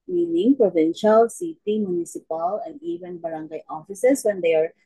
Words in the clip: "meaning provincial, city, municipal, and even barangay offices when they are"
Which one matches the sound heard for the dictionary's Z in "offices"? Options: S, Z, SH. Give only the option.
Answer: S